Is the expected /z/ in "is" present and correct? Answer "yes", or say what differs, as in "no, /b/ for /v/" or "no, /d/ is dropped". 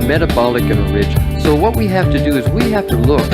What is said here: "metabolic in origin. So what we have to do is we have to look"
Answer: yes